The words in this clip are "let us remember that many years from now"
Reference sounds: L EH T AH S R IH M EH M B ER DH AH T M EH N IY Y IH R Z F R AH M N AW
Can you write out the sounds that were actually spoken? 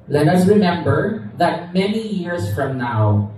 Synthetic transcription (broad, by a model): L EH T AH S R IH M EH M B ER DH AH T M EH N IY Y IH R S F R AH M N AW